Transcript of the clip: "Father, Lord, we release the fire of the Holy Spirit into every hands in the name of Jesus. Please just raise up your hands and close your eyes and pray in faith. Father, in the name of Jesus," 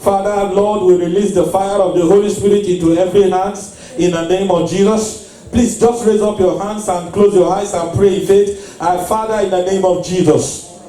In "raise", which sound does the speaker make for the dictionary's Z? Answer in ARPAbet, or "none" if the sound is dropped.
Z